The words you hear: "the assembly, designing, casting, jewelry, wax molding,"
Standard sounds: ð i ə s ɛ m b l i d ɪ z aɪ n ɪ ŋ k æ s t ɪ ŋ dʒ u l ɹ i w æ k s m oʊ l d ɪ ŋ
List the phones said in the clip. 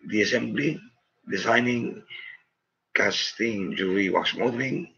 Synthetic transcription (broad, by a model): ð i ə s ɛ m b l i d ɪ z aɪ n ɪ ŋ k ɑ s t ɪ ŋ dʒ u ɹ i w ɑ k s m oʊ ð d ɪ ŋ